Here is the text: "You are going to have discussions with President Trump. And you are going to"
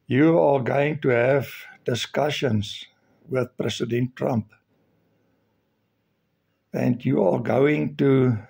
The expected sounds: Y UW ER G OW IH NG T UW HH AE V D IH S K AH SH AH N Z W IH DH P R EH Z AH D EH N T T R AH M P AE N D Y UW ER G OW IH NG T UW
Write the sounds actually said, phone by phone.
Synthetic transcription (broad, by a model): Y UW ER G OW IH NG T UW HH AE V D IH S K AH SH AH N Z W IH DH P R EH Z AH D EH N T T R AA M P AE N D Y UW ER G OW IH NG T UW